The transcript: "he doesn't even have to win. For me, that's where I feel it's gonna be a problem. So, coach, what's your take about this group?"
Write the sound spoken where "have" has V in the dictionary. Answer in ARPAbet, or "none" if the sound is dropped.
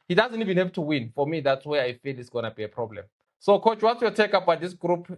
P